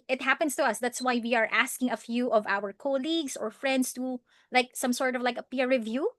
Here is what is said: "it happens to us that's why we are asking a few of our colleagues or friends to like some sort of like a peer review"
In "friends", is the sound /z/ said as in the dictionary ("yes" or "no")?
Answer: no